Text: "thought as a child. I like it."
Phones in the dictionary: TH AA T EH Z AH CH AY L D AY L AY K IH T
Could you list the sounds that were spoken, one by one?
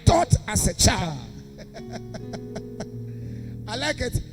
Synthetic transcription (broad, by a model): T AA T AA S AH CH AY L AY L AY K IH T